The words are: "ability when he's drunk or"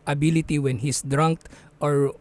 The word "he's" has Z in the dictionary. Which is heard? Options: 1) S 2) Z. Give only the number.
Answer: 1